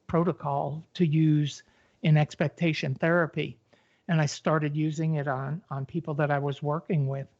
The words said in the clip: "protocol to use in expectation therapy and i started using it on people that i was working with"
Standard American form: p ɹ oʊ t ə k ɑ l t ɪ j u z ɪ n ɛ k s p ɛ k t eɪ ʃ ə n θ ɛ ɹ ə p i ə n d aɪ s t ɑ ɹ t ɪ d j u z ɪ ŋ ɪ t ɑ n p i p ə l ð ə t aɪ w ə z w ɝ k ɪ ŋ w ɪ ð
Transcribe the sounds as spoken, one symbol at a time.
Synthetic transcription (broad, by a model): p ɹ oʊ t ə k ɑ l t ɪ j u z ɪ n ɛ k s p ɛ k t eɪ ʃ ə n θ ɛ ɹ ə p i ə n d aɪ s t ɑ ɹ t ɪ d j u z ɪ ŋ ɪ t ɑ n p i p l ð ə t aɪ w ə z w ɝ k ɪ ŋ w ɪ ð